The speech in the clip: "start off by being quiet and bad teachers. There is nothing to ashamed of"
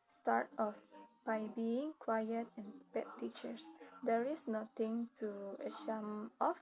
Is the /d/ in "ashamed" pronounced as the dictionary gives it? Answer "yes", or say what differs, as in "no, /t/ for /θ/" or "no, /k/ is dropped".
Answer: no, /d/ is dropped